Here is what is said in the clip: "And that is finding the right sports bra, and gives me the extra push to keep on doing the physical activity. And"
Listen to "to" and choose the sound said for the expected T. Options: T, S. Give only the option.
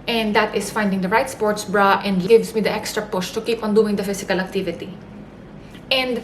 T